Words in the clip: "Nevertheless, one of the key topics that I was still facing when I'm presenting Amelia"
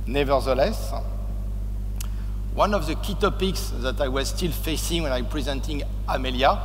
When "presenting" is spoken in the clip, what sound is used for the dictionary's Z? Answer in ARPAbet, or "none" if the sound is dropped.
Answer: Z